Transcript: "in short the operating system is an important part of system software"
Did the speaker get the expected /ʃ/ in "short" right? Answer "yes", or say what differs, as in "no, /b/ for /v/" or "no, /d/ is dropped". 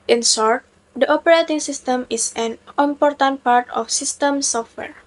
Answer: no, /s/ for /ʃ/